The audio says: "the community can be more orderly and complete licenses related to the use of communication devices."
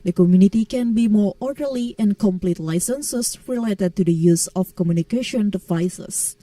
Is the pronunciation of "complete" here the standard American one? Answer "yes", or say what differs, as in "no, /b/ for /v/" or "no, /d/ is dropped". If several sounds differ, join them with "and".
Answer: yes